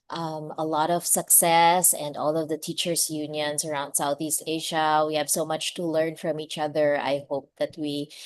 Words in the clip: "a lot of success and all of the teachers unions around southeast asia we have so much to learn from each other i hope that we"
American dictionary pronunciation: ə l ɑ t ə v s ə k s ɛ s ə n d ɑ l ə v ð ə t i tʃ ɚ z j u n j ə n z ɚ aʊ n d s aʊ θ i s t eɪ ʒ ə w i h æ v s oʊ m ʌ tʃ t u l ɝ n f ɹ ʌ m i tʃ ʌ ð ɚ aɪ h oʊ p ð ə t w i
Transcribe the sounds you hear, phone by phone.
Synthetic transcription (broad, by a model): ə l ɑ t ə v s ə k s ɛ s ə n d ɑ l ə v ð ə t i tʃ ɚ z j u n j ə n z ɚ aʊ n d s aʊ θ i s t eɪ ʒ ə w i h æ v s oʊ m ʌ tʃ t u l ɝ n f ɹ ʌ m i tʃ ʌ ð ɚ aɪ h oʊ p ð ə t w i